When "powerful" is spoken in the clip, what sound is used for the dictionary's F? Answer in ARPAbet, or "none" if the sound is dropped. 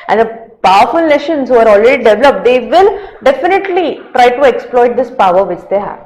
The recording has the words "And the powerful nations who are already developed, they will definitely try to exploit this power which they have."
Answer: F